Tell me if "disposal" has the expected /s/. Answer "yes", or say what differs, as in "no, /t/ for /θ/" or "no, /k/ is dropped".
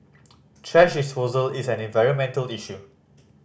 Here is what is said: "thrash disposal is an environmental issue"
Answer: yes